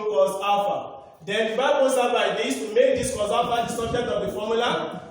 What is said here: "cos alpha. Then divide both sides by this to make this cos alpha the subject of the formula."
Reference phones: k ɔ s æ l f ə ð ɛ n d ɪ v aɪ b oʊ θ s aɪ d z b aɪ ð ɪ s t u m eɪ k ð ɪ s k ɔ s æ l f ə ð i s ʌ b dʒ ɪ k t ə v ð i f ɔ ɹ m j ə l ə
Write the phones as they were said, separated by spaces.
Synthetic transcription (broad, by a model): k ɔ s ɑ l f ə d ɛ n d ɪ b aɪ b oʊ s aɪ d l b aɪ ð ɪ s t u m eɪ k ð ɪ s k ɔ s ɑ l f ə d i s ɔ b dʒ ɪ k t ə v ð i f ɔ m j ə l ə